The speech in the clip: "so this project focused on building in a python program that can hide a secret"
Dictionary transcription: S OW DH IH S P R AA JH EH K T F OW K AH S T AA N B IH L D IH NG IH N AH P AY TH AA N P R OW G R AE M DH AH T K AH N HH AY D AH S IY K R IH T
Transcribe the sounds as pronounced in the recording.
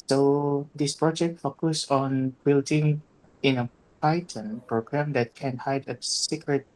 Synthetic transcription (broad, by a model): S OW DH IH S P R AA JH EH K T F OW K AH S AA N B IH L D IH NG IH N AH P AY T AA N P R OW G R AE M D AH T K AH N HH AY D AH S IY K R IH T